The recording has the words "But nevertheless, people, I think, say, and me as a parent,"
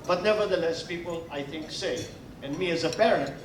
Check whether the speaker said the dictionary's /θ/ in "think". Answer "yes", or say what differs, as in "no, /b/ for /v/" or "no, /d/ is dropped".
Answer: yes